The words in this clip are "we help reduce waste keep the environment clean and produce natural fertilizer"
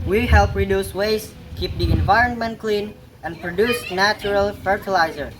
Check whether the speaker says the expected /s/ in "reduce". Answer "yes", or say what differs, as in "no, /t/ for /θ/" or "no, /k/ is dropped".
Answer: yes